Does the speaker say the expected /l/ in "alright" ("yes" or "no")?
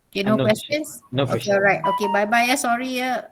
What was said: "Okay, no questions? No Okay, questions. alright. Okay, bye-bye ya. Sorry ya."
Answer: no